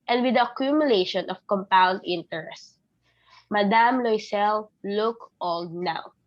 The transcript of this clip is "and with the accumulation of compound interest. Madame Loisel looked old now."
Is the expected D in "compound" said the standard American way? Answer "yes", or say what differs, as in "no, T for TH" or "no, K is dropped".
yes